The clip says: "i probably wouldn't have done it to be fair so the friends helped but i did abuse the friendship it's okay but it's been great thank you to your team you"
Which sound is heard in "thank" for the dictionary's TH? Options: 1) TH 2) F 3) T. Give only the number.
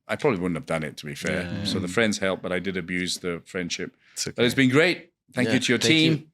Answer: 1